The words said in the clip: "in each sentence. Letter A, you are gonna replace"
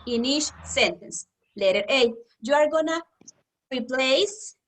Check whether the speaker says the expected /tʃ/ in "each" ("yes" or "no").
no